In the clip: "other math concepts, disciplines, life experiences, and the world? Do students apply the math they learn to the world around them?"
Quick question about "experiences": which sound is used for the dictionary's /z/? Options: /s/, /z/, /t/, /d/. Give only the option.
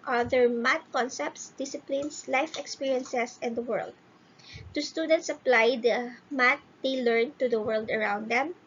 /s/